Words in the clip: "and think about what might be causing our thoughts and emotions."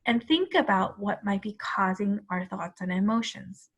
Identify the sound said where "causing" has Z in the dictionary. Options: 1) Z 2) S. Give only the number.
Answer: 1